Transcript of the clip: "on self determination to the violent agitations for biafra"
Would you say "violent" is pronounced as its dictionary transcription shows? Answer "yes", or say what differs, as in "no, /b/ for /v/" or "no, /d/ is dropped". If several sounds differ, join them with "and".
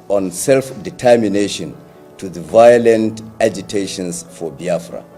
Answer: yes